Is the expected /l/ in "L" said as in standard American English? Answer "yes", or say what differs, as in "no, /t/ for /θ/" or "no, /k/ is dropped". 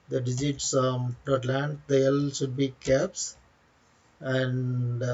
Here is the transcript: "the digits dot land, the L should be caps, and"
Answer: yes